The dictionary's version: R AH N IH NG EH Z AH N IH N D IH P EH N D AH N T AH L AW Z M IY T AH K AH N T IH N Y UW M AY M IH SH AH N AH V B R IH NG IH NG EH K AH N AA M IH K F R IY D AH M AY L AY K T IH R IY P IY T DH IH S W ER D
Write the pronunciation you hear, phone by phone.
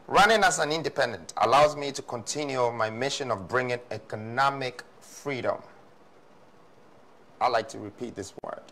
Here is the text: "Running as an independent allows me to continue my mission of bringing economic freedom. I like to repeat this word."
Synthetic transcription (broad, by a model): R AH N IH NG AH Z AH N IH N D IH P EH N D AH N T AH L AW Z M IY T AH K AH N T IH N Y UW M AY M IH SH AH N AH V B R IH NG IH NG EH K AH N AA M IH K F R IY D AH M AY L AY K T IH R IY P IY T DH IH S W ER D